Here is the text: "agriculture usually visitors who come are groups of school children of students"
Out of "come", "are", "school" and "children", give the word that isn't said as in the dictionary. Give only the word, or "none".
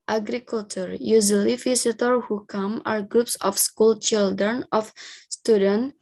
none